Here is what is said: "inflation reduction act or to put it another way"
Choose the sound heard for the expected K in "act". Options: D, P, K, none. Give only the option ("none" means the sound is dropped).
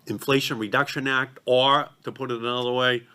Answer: K